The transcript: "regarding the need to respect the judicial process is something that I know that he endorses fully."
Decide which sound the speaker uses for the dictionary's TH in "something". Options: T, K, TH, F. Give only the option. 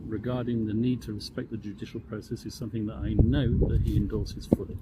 TH